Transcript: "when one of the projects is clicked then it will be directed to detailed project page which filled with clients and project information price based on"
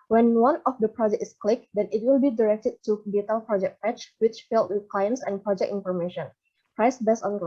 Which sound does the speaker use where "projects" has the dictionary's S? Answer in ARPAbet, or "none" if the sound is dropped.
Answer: none